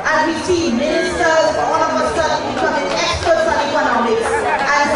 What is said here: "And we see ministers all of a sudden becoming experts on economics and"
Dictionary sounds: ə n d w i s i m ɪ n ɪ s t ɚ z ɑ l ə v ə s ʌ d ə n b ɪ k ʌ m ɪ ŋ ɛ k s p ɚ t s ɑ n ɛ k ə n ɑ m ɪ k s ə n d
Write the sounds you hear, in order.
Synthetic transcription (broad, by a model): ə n w i s i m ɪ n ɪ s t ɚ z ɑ w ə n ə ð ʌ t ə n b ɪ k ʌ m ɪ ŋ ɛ k s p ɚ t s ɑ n ɛ k ə n ɑ m ɪ k s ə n